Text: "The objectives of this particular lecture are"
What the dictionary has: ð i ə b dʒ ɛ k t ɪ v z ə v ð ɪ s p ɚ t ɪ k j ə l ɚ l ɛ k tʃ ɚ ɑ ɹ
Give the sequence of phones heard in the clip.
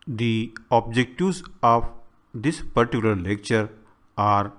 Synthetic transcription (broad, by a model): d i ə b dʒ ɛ k t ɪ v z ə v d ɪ s p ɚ t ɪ k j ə l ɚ l ɛ k tʃ ɚ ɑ ɹ